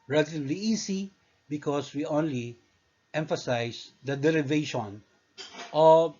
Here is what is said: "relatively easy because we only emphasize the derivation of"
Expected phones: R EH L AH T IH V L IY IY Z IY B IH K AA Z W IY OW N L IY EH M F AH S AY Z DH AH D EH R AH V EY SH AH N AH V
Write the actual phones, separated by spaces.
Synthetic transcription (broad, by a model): R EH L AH T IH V L IY IY S IY B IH K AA S W IY OW N L IY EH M F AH S AY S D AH D EH R AH V EY SH AH N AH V